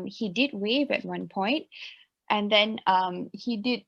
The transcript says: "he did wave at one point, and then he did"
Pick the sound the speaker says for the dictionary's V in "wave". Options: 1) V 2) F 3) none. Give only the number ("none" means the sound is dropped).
1